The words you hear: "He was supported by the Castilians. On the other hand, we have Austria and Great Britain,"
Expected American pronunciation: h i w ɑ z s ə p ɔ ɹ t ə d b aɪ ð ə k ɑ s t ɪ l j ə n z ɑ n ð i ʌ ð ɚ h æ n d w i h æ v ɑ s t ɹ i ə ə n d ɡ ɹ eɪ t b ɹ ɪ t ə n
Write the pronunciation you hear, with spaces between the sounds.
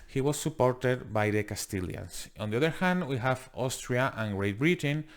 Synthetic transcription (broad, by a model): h i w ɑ s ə p ɔ ɹ t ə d b aɪ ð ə k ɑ s t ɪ l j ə n s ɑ n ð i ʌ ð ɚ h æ n d w i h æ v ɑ s t ɹ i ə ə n ɡ ɹ eɪ t b ɹ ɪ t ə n